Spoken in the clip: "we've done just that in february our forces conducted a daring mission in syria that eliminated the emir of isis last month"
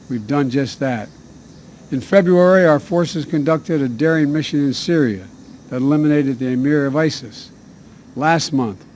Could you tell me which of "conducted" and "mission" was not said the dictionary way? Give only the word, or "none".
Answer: none